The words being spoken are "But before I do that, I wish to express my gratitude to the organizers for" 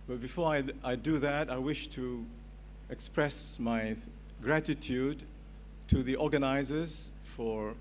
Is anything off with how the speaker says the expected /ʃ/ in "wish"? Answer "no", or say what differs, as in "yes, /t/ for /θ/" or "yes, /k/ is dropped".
no